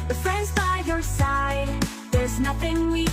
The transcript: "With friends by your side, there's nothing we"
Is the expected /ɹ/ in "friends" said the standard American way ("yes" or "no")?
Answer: yes